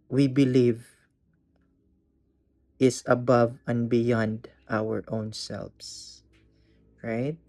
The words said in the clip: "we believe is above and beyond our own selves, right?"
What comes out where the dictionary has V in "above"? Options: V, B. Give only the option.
V